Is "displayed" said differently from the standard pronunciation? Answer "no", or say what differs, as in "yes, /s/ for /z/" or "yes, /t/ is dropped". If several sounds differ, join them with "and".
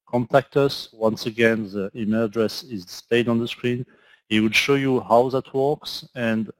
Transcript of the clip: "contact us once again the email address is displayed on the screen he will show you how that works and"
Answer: yes, /l/ is dropped